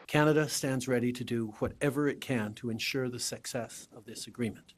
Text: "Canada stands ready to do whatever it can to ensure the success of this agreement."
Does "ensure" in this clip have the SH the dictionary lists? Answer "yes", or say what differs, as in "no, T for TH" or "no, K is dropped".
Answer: yes